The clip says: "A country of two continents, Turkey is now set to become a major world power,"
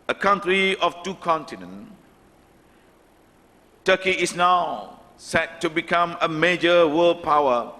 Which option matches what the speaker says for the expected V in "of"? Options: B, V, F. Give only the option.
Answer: F